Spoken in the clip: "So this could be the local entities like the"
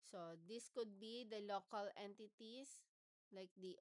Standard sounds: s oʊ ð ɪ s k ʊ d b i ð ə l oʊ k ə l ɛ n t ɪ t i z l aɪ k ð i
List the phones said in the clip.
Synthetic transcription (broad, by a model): s oʊ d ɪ s k ʊ d b i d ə l oʊ k ə l ɛ n t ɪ t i s l aɪ k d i